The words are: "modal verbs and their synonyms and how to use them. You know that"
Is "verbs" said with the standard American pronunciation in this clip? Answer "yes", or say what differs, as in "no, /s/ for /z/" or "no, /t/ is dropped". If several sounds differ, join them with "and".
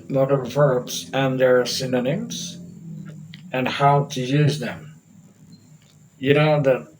yes